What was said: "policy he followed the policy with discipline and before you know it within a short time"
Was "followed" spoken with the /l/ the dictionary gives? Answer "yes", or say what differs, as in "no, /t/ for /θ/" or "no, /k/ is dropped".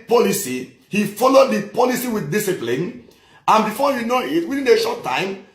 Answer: yes